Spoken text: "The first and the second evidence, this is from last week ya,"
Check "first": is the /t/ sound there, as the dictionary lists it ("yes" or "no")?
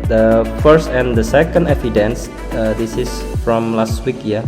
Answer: yes